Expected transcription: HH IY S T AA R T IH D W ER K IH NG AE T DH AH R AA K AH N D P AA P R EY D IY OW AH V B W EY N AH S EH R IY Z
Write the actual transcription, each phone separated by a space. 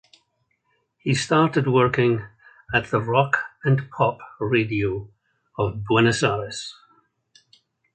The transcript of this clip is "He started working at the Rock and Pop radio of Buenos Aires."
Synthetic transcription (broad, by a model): HH IY S T AA R T IH D W ER K IH NG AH T DH AH R AA K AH N P AA P R EY D IY OW AH V B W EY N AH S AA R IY S